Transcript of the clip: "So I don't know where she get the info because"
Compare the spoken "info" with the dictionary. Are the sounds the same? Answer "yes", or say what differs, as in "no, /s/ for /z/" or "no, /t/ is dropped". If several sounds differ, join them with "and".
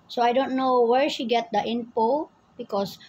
no, /p/ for /f/